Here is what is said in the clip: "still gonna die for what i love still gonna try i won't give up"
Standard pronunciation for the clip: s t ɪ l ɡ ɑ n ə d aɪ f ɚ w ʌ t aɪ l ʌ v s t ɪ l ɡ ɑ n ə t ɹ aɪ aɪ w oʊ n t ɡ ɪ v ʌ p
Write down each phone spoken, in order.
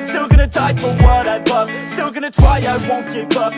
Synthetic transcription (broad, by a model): s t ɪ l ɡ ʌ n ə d aɪ f ɚ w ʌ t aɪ w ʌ s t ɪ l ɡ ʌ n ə t ɹ aɪ aɪ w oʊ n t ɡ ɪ f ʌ